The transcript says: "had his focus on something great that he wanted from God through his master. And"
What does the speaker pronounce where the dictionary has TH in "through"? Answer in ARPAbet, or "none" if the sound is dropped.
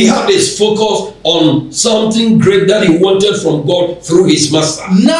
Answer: TH